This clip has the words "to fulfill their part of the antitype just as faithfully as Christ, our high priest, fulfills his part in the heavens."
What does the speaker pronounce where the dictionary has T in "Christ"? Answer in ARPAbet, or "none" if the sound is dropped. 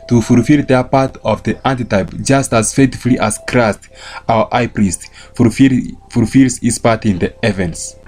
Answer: T